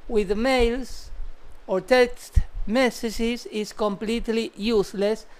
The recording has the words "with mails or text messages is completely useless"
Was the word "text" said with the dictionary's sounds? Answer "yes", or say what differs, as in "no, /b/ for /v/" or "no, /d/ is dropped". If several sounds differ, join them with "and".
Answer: yes